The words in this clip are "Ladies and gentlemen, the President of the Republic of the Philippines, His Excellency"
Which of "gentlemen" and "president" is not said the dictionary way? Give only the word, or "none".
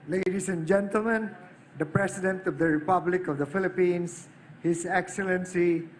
president